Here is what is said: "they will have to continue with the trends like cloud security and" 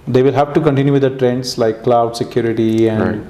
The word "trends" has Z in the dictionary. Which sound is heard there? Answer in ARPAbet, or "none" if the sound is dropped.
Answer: S